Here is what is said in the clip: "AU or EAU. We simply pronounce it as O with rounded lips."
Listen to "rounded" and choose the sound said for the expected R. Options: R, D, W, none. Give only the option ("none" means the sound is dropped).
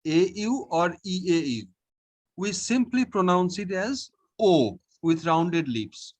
R